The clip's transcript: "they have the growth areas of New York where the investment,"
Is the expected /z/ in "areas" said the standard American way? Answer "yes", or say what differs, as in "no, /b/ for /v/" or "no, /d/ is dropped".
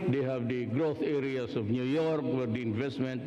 no, /s/ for /z/